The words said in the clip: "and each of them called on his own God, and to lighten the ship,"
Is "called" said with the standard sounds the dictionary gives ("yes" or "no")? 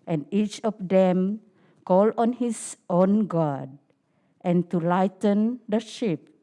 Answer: no